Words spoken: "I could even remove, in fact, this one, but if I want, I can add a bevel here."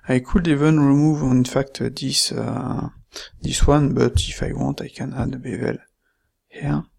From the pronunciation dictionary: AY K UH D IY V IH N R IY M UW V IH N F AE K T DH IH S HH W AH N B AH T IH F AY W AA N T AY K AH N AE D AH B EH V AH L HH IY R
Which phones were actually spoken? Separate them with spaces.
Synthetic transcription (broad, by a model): AY K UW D IY V IH N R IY M UW V IH N F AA K T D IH S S W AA N B AH T IH F AY W AA T AY K AH N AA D AH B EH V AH L HH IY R